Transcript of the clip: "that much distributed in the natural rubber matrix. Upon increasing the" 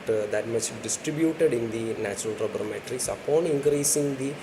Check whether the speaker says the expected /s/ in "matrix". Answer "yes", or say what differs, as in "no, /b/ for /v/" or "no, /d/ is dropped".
yes